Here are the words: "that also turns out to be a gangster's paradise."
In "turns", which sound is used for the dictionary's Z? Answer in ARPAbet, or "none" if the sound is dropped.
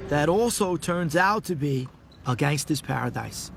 Z